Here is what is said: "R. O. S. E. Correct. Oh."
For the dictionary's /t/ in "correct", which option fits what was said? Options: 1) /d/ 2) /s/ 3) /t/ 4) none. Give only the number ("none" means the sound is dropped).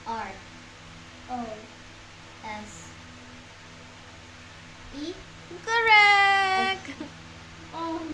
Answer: 4